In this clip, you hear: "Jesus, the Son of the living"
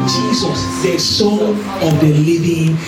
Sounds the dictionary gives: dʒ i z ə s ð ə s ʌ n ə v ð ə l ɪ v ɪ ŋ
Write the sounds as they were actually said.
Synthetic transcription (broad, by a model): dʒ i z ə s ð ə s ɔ ə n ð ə l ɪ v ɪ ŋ